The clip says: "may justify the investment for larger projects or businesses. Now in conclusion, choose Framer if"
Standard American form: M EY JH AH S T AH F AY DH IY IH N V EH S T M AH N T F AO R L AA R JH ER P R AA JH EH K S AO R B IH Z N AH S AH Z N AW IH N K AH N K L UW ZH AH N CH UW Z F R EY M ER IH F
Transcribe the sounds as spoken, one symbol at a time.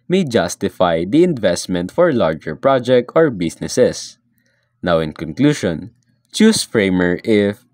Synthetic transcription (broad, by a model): M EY JH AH S T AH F AY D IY IH N V EH S T M AH N T F AO R L AA R JH ER P R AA JH EH K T AO R B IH S N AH S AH S N AW IH N K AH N K L UW SH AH N CH UW S F R EY M ER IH F